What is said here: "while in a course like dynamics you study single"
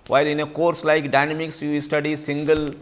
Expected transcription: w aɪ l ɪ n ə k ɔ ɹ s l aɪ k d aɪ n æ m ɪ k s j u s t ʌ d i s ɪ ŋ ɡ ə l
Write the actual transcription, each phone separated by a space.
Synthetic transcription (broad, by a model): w aɪ l ɪ n ə k ɔ ɹ s l aɪ k d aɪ n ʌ m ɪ k s j u s t ʌ d i s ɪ ŋ ɡ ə l